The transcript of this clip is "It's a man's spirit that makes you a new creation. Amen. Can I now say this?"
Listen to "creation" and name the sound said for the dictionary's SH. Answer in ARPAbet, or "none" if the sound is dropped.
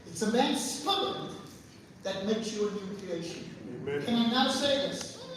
none